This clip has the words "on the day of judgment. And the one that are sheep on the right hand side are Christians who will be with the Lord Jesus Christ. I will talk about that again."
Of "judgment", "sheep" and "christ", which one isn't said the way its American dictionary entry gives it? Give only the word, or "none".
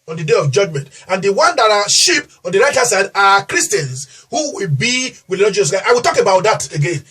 christ